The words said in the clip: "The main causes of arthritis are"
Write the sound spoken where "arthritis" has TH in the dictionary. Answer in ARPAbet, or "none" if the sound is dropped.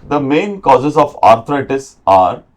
T